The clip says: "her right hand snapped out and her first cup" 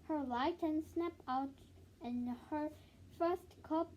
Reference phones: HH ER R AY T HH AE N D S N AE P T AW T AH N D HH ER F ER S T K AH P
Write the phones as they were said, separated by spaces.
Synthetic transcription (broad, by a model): HH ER L AY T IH N S N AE P AW T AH N HH ER F ER S T K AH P